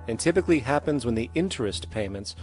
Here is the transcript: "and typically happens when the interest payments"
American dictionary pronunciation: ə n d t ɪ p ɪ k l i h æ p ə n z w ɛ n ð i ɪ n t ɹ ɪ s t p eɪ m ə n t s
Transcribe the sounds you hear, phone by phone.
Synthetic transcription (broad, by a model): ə n t ɪ p ɪ k l i h æ p ə n z w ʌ n ð i ɪ n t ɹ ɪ s t p eɪ m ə n t s